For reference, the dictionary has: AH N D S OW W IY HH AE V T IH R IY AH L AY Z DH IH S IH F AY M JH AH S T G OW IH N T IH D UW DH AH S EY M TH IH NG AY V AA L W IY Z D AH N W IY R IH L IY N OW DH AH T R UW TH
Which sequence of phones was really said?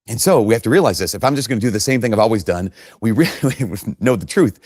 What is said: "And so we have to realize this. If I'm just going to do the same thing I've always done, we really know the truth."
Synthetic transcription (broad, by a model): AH N S OW W IY HH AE F T IH R IY AH L AY Z DH IH S IH F AY M JH AH S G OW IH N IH D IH DH AH S EY M TH IH NG AY V AA L W IY Z D AH N W IY R IH L IY N OW DH AH T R UW TH